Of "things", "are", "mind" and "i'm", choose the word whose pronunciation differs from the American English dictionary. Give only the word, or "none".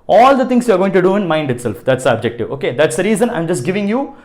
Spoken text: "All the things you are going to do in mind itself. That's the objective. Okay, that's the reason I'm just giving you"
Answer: things